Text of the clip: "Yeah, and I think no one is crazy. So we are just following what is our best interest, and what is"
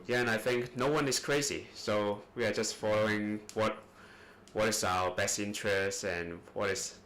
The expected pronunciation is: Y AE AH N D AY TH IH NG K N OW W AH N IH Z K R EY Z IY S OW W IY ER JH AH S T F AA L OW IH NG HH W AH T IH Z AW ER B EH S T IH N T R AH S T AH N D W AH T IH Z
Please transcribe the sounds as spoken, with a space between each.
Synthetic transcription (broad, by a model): Y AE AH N AY TH IH NG K N OW W AH N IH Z K R EY Z IY S OW W IY ER JH AH S T F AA L OW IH NG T W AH T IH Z AW ER B EH S T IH N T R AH S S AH N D W AH T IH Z